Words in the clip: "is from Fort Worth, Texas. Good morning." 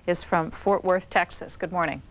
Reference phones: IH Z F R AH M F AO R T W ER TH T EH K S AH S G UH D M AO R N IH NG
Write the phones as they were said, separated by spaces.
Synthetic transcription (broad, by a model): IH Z F R AH M F AO R T W ER TH T EH K S AH S G UH D M AO R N IH NG